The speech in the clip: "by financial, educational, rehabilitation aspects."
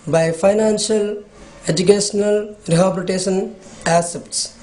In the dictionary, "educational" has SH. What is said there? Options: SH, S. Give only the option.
S